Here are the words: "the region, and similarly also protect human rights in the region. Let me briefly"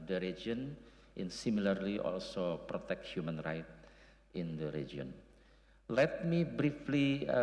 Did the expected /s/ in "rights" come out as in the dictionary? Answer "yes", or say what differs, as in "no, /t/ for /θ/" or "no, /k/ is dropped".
no, /s/ is dropped